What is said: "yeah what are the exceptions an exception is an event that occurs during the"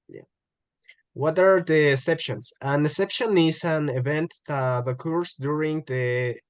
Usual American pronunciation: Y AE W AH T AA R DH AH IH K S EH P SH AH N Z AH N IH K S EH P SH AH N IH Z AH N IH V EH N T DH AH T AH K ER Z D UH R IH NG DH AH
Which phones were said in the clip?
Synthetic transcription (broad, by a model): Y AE W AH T AA R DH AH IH S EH P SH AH N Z AH N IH S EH P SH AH N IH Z AH N IH V EH N T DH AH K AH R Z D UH R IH NG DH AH